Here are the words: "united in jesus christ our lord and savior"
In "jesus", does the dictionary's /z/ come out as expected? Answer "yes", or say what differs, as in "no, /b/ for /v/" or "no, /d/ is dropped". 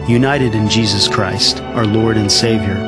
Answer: yes